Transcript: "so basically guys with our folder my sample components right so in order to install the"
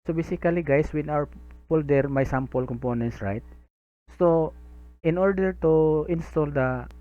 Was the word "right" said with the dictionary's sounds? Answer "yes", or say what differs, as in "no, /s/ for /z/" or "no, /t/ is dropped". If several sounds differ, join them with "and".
yes